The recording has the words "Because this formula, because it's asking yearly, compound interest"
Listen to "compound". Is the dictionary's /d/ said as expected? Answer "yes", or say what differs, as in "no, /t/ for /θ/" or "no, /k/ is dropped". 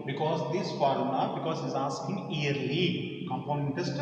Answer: no, /d/ is dropped